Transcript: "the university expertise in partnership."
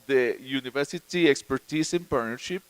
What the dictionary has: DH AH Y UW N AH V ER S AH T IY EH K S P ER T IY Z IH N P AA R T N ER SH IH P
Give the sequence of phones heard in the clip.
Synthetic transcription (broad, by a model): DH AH Y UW N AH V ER S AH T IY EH K S P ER T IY S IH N P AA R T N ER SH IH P